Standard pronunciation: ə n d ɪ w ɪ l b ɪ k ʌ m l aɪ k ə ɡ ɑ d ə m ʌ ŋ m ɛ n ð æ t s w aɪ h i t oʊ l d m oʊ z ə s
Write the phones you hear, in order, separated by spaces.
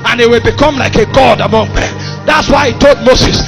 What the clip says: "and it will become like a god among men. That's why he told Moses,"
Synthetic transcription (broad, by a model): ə n ɪ w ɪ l b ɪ k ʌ m l aɪ k ə ɡ ɑ d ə m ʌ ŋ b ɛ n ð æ t s w aɪ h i t oʊ l d m oʊ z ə s